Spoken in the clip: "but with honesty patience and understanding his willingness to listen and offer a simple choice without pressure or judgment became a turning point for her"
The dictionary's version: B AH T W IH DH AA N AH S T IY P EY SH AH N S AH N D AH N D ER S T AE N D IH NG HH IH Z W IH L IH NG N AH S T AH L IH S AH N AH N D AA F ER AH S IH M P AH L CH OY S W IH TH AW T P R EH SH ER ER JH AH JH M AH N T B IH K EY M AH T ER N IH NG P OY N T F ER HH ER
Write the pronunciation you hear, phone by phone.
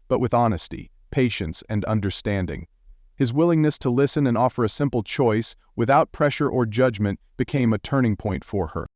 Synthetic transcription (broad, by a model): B AH T W IH DH AA N AH S T IY P EY SH AH N S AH N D AH N D ER S T AE N D IH NG HH IH Z W IH L IH NG N AH S T AH L IH S AH N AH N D AA F ER AH S IH M P L CH OY S W IH TH AW T P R EH SH ER ER JH AH JH M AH N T B IH K EY M AH T ER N IH NG P OY N T F ER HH ER